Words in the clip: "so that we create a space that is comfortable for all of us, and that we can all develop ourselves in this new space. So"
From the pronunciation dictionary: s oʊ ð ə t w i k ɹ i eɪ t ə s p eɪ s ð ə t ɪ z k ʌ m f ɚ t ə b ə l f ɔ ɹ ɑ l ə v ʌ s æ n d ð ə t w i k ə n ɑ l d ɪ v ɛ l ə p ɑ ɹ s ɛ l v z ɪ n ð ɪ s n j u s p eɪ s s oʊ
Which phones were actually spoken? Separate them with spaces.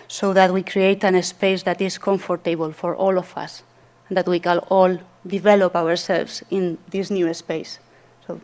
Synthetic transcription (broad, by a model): s oʊ ð ə t w i k ɹ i eɪ t ə s p eɪ s ð ə t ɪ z k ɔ m f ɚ t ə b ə l f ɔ ɹ ɑ l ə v ʌ s n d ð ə t w i k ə l ɑ l d ɪ v ɛ l ə p ɑ ɹ s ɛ l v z ɪ n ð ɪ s n j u s p eɪ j s oʊ